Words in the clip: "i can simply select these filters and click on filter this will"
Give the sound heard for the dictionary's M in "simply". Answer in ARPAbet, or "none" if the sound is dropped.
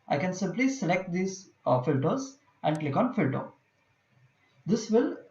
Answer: M